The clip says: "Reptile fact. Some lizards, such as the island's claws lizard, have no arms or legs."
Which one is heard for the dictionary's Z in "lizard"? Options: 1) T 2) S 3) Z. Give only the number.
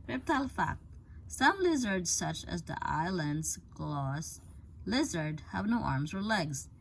3